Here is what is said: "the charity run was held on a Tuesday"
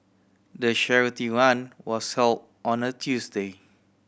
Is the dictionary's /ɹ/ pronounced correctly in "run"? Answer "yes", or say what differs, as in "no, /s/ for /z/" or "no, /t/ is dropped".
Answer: no, /w/ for /ɹ/